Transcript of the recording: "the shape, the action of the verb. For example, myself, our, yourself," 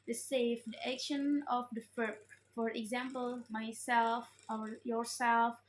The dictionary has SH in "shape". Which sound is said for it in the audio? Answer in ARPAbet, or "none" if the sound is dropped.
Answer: S